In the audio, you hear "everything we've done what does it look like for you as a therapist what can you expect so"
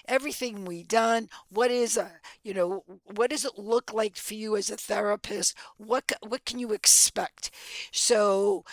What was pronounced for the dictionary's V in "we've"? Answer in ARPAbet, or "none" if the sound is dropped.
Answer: W